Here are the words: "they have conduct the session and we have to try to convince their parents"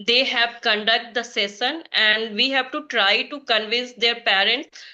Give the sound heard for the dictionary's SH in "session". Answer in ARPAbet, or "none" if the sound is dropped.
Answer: S